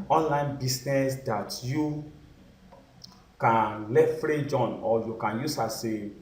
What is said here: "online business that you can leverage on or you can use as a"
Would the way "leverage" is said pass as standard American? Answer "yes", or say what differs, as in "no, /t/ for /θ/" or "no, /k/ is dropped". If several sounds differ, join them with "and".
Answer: no, /f/ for /v/